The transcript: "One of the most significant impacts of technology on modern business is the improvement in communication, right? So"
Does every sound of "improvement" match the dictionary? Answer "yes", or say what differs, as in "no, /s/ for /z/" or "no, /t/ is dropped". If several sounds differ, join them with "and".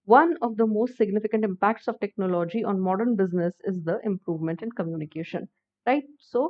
yes